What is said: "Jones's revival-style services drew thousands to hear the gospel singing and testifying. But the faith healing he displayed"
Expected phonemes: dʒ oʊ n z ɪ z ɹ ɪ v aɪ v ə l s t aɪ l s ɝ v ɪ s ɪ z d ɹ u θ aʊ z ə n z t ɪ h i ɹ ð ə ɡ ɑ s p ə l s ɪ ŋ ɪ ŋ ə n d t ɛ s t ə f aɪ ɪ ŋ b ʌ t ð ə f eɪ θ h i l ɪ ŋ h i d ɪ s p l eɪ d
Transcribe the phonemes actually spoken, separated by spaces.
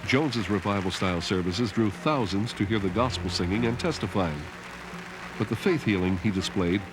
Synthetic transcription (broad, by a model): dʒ oʊ n z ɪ z ɹ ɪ v aɪ v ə l s t aɪ l s ɝ v ɪ s ɪ z d ɹ u θ aʊ z ə n z t ɪ h i ɹ ð ə ɡ ɑ s p l s ɪ ŋ ɪ ŋ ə n t ɛ s t ə f aɪ ɪ ŋ b ʌ t ð ə f eɪ θ h i l ɪ ŋ i d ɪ s p l eɪ d